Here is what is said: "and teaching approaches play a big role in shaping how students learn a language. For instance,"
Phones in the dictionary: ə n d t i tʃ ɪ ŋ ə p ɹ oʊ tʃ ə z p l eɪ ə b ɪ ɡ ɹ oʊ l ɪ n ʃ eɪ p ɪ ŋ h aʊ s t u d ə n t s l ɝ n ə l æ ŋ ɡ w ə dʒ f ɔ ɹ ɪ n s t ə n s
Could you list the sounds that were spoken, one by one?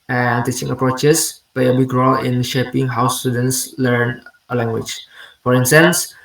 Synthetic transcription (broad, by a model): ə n t i tʃ ɪ ŋ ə p ɹ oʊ tʃ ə s p l eɪ ə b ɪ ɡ ɹ oʊ l ɪ n ʃ eɪ p ɪ ŋ h aʊ s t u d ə n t s l ɝ n ə l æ ŋ ɡ w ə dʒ f ɔ ɹ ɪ n s t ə n s